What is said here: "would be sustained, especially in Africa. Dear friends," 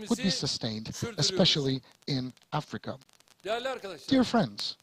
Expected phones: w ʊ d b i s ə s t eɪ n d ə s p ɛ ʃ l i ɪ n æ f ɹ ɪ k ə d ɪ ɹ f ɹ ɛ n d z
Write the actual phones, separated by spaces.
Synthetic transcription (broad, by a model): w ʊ d b i s ə s t eɪ n d ə s p ɛ ʃ l i ɪ n æ f ɹ ɪ k ə d ɪ ɹ f ɹ ɛ n d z